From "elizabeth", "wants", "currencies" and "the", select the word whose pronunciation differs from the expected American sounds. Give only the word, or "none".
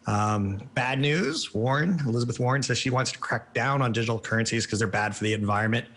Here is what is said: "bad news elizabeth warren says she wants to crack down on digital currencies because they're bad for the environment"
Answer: none